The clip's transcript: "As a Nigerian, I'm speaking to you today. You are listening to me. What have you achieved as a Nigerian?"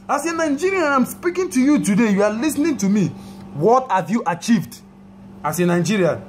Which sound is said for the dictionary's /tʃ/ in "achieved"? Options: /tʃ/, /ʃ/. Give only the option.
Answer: /tʃ/